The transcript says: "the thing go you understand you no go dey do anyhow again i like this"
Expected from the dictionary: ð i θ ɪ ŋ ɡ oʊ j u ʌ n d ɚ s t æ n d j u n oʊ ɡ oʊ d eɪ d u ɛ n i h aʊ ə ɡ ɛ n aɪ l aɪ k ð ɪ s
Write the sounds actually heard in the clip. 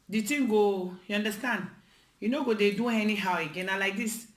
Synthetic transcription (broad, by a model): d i t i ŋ ɡ oʊ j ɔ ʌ n d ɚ s t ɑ n d j u n oʊ ɡ oʊ d eɪ d u ɛ n i h aʊ ə ɡ ɛ n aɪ l aɪ k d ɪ s